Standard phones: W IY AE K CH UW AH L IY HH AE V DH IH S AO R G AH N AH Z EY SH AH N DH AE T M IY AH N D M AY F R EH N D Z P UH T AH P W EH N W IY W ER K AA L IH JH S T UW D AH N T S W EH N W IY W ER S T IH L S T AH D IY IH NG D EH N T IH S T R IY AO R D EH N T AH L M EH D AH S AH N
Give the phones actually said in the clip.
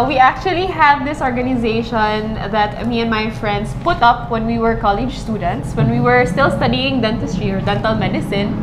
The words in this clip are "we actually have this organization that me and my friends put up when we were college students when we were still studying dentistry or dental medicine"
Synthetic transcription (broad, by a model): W IY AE K CH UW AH L IY HH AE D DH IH S AO R G AH N AH Z EY SH AH N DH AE T M IY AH N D M AY F R EH N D S P UH T AH P W EH N W IY W ER K AA L IH JH S T UW D AH N T S W EH N W IY W ER S T IH L S T AH D IY IH NG D EH N T IH S T R IY AO R D EH N T AH L M EH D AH S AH N